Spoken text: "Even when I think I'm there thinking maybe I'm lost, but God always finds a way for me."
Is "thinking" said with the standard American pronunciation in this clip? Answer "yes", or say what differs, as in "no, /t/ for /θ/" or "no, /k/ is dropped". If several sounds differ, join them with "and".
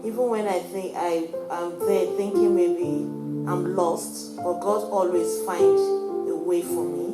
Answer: yes